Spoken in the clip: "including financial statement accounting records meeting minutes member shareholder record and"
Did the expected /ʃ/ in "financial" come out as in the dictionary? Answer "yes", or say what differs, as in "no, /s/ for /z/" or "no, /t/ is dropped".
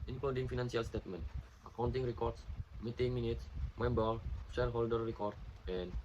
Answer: no, /s/ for /ʃ/